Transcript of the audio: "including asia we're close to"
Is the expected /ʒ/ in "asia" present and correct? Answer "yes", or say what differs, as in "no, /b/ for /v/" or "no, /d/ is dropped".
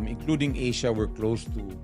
no, /ʃ/ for /ʒ/